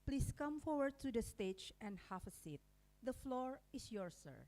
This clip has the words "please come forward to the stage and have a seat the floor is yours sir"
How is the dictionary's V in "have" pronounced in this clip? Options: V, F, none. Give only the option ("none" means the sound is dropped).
F